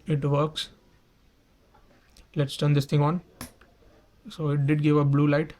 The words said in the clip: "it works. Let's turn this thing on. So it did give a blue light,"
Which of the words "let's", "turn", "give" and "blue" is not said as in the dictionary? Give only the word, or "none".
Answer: none